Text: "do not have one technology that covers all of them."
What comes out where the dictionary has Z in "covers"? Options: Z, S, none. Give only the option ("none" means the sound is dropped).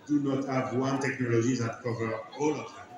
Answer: none